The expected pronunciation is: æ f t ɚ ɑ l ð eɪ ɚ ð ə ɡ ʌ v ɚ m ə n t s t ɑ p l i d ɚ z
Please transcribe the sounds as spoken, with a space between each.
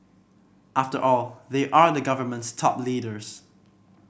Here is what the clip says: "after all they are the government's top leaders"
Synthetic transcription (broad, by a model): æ f t ɚ ɑ l ð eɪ ɚ ð ə ɡ ʌ v ɚ m ə n t s t ɑ p l i d ɚ z